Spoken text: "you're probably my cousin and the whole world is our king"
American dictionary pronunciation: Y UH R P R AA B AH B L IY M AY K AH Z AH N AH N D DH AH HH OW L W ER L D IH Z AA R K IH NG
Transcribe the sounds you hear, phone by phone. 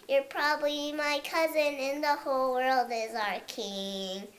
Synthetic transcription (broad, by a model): Y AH R P R AA B AH B L IY M AY K AH Z AH N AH N DH AH HH OW L W ER L D IH Z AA R K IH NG